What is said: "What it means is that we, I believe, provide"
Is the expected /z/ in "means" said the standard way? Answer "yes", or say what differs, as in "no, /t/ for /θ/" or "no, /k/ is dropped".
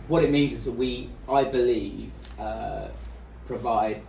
yes